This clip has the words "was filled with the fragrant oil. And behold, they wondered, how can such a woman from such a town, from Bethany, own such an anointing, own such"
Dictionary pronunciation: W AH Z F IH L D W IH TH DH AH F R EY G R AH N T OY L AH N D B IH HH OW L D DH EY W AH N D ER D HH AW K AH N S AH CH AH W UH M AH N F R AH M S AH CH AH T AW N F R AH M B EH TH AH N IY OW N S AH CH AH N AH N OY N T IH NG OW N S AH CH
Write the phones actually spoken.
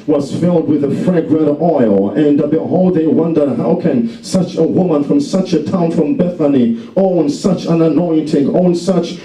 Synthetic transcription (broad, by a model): W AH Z F IH L D W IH DH AH F R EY G R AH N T OY L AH N B IH HH OW L D DH EY W AH N D ER D HH AW K AH N S AH CH AH W UH M AH N F R AH M S AH CH AH T AW N F R AH M B EH TH AH N IY OW N S AH CH AH N AH N OY N T IH NG OW N S AH CH